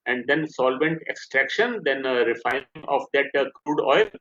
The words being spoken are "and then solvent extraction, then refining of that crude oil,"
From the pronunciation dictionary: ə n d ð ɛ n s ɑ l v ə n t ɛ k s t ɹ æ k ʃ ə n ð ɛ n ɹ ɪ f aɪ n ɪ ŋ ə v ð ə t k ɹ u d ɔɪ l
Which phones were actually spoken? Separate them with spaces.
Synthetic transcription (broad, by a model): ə n d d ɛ n s ɑ l v ə n t ɛ k s t ɹ æ k ʃ ə n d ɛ n ɹ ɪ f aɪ ɪ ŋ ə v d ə t k ɹ u d ɔɪ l